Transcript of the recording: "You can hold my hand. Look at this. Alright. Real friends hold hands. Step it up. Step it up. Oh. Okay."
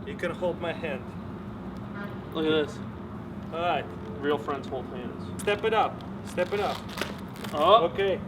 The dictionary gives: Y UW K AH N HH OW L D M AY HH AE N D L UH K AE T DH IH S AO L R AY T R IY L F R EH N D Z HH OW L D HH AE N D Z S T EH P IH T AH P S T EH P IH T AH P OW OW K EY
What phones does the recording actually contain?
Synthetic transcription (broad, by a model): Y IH K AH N HH OW L D M AY HH AE N D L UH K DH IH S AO R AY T R IY L F R EH N D Z HH OW L D HH AE N D Z S T EH P IH T AH P S T EH P IH T AH P OW OW K EY